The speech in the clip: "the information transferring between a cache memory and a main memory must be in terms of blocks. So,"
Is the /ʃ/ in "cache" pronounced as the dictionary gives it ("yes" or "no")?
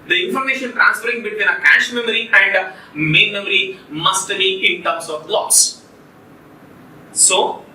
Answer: yes